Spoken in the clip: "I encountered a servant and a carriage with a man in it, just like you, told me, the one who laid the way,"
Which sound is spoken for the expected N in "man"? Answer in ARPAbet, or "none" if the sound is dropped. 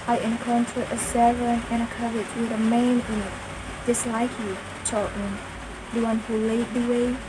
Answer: none